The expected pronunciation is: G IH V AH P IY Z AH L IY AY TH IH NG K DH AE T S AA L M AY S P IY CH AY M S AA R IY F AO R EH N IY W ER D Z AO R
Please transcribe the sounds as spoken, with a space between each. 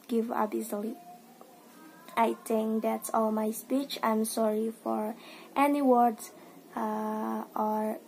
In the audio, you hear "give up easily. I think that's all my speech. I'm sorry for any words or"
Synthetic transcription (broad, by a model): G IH V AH B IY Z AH L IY AY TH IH NG K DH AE T S AA L M AY S P IY CH AY M S AA R IY F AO R EH N IY W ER D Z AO R